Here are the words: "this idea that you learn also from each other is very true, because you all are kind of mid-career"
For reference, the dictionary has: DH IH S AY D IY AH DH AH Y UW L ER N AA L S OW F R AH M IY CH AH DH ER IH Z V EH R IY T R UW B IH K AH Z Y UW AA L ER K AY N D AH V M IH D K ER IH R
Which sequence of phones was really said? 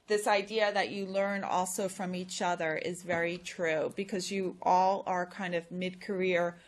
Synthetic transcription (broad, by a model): DH IH S AY D IY AH DH AH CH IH L ER N AA L S OW F R AH M IY CH AH DH ER IH Z V EH R IY T R UW B IH K AH Z Y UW AA L ER K AY N D AH V M IH D K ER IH R